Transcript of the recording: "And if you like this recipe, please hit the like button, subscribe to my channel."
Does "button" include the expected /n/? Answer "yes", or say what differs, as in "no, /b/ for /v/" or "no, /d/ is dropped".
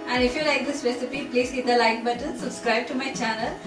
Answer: no, /l/ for /n/